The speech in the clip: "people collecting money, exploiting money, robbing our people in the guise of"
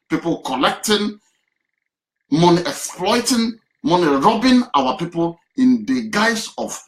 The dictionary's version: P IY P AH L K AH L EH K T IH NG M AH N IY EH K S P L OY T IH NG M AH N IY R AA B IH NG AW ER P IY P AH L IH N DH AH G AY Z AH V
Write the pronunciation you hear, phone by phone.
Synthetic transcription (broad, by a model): P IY P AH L K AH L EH K T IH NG M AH N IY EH K S P L OY T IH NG M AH N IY R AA B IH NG AW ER P IY P AH L IH N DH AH G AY S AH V